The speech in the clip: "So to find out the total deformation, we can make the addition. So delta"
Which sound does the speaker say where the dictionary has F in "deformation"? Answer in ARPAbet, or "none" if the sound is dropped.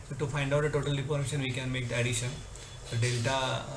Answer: P